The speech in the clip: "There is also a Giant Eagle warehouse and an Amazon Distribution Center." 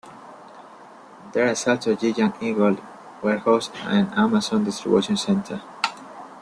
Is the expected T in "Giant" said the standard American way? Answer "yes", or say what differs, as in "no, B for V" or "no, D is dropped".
no, T is dropped